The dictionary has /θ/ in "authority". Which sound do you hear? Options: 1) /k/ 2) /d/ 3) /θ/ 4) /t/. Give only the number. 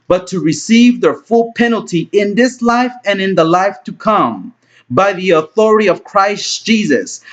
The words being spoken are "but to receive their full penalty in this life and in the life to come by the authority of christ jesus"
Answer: 3